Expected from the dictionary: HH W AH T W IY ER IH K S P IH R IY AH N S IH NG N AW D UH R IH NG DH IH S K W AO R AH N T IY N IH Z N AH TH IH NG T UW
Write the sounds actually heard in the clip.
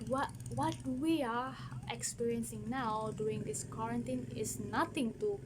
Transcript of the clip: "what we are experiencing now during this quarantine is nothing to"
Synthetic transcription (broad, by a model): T W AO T W IY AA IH K S P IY R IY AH N S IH NG N AW D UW IH NG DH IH S K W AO R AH N T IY N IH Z N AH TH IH NG T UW